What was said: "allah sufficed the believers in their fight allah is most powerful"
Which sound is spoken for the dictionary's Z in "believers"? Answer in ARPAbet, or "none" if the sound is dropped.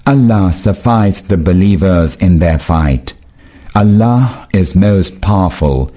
Z